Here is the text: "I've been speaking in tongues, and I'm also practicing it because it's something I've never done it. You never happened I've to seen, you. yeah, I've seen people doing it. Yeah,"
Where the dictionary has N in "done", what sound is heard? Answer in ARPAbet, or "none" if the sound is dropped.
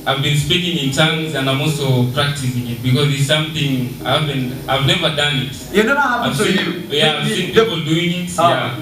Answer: none